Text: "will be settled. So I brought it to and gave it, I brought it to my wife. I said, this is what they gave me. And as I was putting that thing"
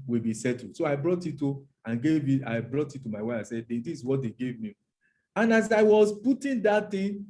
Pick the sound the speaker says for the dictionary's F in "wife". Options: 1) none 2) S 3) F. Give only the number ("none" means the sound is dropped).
1